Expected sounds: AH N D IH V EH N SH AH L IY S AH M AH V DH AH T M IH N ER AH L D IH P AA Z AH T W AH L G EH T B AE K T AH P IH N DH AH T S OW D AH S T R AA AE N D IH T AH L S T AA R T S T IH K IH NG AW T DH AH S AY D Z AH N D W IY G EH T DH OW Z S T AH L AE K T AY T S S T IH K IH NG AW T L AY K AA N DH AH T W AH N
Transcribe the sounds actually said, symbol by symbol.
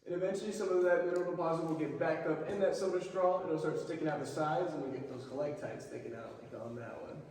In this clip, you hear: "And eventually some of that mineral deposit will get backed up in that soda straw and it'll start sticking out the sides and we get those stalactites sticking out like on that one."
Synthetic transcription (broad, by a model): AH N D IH V EH N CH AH L IY S AH M AH V DH AH T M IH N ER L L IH P AA Z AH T W AH L G EH T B AE K AH P IH N DH AH T S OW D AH S T R AA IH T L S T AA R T S T IH K IH NG AW T DH AH S AY D Z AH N W IY G EH T DH OW Z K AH L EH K T AY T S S T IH K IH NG AW T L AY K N DH AH T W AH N